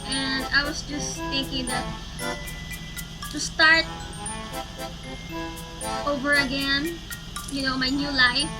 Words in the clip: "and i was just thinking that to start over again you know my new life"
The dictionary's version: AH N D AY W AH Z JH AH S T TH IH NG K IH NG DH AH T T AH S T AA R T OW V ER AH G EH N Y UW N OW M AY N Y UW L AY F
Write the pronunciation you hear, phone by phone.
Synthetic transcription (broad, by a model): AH N D AY W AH S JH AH S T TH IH NG K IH NG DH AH T T AH S T AA R T OW V ER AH G EH N Y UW N OW M AY N Y UW L AY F